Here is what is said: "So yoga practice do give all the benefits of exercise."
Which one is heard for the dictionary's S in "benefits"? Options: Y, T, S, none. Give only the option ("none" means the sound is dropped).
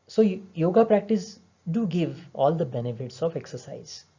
S